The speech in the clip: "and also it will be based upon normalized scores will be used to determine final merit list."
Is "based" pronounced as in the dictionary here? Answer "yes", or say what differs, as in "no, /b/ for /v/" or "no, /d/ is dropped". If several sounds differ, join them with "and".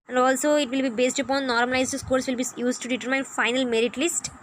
yes